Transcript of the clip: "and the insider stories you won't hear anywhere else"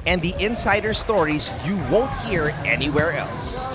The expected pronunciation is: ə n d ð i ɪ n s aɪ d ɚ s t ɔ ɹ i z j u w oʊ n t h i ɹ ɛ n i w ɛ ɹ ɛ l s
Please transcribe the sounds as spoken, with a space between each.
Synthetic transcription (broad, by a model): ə n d ð i ɪ n s aɪ d ɚ s t ɔ ɹ i z j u w oʊ n t h i ɹ ɛ n i w ɛ ɹ ɛ l s